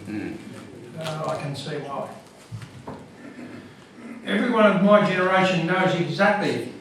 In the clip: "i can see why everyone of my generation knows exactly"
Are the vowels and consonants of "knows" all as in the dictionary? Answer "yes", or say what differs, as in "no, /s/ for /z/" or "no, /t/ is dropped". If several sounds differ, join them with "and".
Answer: yes